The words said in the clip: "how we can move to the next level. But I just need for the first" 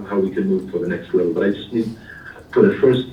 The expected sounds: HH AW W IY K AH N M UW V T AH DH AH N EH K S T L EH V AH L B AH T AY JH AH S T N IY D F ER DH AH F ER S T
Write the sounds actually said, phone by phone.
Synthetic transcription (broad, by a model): HH AW W IY K AH N M UW V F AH DH AH N EH K S T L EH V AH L B AH T AY JH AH S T N IY D P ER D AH F ER S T